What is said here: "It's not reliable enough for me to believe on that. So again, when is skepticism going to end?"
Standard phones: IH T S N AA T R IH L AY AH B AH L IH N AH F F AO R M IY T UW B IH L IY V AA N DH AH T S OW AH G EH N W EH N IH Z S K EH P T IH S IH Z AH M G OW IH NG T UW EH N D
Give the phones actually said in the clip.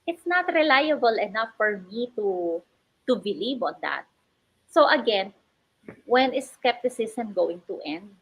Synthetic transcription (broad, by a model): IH T S N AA T R IH L AY AH B AH L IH N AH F F AO R M IY T UW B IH L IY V AA N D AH T S OW AH G EH N W EH N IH S K EH P T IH S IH S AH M G OW IH NG T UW EH N D